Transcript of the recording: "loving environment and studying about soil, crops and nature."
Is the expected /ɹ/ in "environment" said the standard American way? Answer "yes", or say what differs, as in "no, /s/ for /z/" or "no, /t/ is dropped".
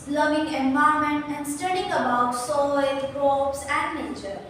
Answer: no, /ɹ/ is dropped